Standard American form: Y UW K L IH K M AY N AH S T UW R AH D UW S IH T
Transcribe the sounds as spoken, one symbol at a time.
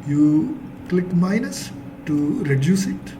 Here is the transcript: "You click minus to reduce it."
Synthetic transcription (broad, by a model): Y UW K L IH K M AY N AH S T UW R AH D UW S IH T